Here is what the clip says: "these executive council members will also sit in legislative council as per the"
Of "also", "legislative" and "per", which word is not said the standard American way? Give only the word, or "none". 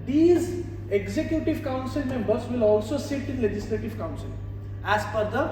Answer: per